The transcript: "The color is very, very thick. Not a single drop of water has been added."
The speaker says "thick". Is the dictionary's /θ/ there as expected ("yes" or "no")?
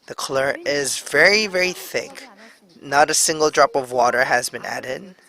yes